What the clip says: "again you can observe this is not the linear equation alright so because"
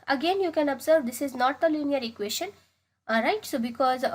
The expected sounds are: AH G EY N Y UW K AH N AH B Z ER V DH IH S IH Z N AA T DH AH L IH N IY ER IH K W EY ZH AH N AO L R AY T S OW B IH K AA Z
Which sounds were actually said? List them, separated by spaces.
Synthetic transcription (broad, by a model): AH G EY N Y UW K AH N AH B Z ER V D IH S IH Z N AA T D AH L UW N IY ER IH K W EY SH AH N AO R AY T S OW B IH K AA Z